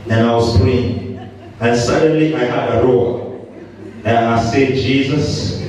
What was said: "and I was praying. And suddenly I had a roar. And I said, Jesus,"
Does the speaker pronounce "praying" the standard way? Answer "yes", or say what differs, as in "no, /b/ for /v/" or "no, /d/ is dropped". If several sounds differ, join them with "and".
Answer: no, /ɹ/ is dropped